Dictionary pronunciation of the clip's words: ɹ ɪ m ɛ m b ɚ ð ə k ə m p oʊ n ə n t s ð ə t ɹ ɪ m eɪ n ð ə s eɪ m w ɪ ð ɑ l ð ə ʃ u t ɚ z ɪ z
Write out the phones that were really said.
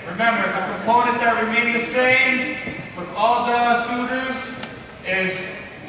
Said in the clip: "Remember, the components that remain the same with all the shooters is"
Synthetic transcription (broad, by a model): ɹ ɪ m ɛ m b ɚ ð ə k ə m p oʊ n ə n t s ð ə t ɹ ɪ m eɪ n ð ə s eɪ m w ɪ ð ɑ l ð ə s u t ɚ z ɪ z